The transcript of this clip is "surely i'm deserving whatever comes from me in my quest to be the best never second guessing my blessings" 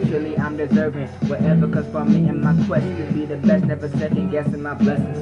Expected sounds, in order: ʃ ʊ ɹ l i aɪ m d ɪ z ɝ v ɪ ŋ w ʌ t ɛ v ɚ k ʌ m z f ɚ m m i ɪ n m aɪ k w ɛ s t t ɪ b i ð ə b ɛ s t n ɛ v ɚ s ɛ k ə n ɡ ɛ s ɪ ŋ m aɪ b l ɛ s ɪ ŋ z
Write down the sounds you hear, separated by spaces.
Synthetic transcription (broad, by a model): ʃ l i aɪ m d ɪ z ɝ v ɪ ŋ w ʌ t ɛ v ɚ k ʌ z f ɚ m m i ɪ m aɪ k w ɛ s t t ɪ b i ð ə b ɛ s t n ɛ v ɚ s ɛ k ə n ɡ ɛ s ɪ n m aɪ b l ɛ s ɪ